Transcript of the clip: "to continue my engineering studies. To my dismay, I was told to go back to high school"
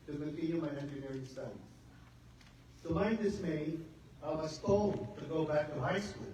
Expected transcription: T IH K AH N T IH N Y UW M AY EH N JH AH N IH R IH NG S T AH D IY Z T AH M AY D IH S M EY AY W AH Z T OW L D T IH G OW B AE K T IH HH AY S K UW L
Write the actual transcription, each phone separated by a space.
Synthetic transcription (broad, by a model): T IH K AH N T IH N Y UW M AY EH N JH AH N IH R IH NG S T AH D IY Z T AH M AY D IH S M EY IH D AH S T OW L T IH G OW B AE K T IH HH AY S K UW L